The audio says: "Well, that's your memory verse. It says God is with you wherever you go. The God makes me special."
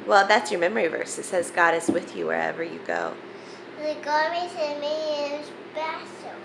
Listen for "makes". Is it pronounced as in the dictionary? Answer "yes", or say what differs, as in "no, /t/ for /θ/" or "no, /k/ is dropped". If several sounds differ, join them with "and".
no, /k/ is dropped